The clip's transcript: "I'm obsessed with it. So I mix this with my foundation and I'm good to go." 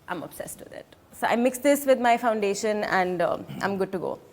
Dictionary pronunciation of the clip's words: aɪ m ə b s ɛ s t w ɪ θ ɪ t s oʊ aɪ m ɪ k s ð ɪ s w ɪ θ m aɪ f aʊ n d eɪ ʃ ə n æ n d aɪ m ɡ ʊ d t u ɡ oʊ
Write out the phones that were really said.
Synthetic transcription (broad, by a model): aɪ m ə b s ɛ s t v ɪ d ɪ t s oʊ aɪ m ɪ k s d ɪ s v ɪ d m aɪ f aʊ n d eɪ ʃ ə n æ n d aɪ m ɡ ʊ d t u ɡ oʊ